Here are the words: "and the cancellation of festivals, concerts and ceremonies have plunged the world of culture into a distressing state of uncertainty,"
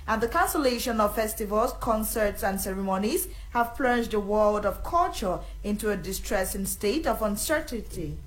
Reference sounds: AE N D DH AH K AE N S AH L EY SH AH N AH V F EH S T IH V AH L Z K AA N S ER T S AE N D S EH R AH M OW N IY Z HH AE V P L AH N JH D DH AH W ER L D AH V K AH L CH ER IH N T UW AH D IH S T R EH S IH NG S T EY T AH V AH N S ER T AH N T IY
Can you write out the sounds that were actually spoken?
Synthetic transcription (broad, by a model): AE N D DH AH K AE N S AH L EY SH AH N AH V F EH S T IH V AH L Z K AA N S ER T S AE N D S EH R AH M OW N IY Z HH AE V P L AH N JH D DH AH W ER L D AH V K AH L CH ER IH N T UW AH D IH S T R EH S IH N S T EY T AH V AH N S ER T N T IY